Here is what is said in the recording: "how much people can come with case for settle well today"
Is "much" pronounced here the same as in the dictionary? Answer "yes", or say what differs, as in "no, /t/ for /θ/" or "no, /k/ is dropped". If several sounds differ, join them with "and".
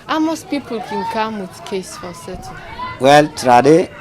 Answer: no, /s/ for /tʃ/